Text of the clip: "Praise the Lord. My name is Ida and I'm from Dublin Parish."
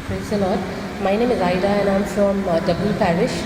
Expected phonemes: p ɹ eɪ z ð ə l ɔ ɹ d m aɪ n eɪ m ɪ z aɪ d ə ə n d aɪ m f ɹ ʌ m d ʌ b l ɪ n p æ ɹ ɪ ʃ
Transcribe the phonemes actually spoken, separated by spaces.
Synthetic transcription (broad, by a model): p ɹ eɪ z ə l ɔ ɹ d m aɪ n eɪ m ɪ z aɪ d ə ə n aɪ m f ɹ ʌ m d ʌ b ɪ l p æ ɹ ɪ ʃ